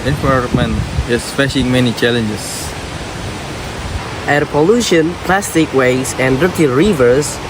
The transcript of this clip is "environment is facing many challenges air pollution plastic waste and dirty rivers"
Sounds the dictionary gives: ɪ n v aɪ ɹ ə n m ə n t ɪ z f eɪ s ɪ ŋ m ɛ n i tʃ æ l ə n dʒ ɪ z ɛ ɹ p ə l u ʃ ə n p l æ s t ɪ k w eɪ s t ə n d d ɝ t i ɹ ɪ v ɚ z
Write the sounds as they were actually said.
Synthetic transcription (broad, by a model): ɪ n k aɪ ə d m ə n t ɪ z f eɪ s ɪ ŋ m ɛ n i tʃ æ l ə n dʒ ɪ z ɛ ɹ p ə l u ʃ ə n p l æ s t ɪ k w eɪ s ə n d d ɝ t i ɹ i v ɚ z